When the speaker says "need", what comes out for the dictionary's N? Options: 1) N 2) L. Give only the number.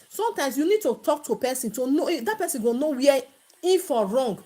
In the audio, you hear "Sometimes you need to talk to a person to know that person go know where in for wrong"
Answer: 1